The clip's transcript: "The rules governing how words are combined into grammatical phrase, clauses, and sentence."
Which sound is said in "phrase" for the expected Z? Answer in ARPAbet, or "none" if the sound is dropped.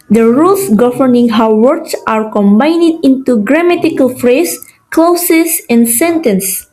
S